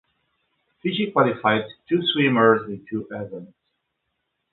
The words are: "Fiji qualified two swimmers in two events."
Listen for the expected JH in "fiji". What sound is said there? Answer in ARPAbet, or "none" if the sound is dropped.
SH